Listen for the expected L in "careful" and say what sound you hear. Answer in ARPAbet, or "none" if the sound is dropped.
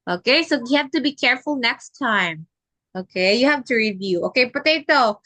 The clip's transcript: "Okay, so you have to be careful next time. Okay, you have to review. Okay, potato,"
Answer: L